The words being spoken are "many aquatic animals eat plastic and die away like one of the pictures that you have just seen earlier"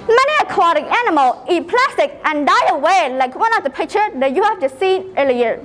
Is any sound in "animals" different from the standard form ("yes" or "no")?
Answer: yes